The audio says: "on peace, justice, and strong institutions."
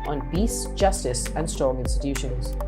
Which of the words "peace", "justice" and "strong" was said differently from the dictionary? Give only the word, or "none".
peace